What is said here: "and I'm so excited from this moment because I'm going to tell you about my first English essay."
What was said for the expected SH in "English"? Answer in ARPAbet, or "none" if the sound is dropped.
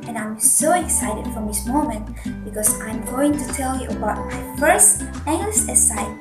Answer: S